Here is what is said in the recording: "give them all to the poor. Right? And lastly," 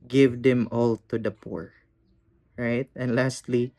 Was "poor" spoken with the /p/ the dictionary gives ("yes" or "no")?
yes